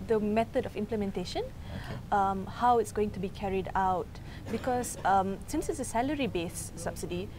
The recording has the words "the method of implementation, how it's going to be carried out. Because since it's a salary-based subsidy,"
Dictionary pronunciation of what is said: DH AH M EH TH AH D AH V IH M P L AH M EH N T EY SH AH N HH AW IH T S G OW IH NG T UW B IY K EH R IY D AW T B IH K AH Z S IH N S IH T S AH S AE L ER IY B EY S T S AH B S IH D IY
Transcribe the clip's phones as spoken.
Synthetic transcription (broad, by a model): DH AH M EH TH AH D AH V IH M P L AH M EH N T EY SH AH N HH AW IH T S G OW IH NG T UW B IY K EH R IY D AW T B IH K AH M S IH N S IH T S AH S AE L ER IY B EY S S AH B S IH D IY